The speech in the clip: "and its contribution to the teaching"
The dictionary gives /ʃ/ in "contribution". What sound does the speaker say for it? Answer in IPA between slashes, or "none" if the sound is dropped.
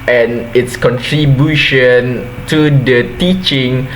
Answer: /ʃ/